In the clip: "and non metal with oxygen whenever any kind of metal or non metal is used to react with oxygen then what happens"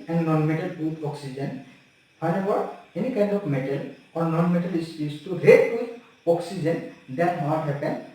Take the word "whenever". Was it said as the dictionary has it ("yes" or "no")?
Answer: no